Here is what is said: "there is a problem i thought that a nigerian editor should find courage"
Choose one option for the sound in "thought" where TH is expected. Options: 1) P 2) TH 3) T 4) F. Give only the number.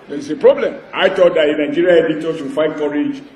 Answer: 3